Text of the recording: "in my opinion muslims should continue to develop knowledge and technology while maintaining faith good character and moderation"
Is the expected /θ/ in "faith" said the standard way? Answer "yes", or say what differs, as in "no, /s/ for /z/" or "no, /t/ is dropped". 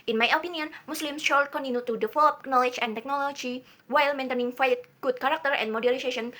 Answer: no, /t/ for /θ/